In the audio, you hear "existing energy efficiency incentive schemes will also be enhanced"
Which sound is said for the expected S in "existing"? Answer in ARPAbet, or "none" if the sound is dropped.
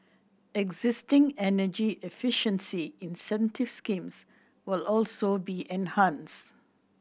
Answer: S